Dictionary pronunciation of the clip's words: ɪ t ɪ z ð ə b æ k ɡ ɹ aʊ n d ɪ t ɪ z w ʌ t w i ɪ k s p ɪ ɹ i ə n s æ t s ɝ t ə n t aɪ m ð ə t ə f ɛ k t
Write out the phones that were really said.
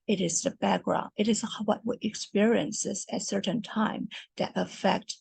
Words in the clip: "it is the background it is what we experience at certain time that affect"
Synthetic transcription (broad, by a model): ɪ t ɪ z ð ə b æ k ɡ ɹ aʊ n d ɪ t ɪ z w ʌ t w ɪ ɪ k s p ɪ ɹ i ə n s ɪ t s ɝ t n t aɪ m ð ə t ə f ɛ k t